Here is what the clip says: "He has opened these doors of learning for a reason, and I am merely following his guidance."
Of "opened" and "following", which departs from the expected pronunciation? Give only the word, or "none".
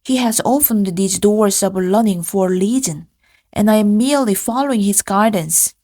opened